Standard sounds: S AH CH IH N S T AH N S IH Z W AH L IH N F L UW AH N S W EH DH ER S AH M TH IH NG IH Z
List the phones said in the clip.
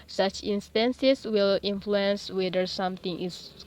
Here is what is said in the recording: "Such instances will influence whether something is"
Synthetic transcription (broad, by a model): S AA CH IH N S T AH N S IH S W AH L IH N F L UW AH N S W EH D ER S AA M T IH NG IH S